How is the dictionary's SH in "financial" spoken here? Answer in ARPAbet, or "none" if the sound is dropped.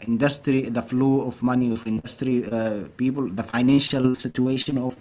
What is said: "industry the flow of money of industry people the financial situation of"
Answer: SH